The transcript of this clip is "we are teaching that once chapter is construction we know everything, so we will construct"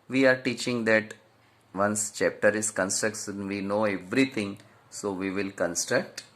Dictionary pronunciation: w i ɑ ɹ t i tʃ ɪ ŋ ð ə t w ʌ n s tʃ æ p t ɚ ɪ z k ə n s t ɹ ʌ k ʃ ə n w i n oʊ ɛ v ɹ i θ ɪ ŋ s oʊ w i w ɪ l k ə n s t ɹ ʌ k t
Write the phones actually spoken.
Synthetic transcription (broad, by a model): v i ɑ ɹ t i tʃ ɪ ŋ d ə t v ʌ n s tʃ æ p t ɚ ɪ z k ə n s t ɹ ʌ k s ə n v i n oʊ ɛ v ɹ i t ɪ ŋ s oʊ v i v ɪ l k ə n s t ɹ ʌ k t